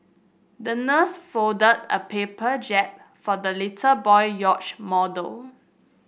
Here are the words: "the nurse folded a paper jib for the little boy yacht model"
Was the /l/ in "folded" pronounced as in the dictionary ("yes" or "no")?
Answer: no